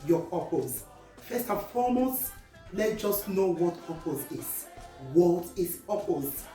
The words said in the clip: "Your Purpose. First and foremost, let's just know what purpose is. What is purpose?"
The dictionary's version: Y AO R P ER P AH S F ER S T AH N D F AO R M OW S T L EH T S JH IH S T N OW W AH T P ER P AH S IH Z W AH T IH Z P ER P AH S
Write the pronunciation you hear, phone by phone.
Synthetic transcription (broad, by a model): Y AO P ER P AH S F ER S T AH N F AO M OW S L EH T JH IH S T N OW W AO T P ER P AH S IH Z W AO T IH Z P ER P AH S